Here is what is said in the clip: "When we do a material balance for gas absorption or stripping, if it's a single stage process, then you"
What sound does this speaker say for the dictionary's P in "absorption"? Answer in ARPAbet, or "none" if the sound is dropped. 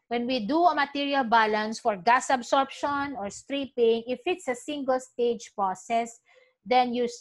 P